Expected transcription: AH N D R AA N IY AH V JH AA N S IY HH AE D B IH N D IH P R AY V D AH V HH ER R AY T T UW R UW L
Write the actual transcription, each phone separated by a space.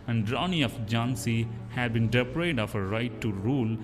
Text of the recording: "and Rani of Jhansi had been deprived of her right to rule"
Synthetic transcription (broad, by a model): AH N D R AA N IY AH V JH AA N S IY HH AE D B IH N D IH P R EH D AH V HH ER R AY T T UW R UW L